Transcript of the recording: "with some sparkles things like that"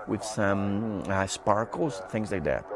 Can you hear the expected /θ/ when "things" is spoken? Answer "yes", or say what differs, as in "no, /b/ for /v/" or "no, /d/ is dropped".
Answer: yes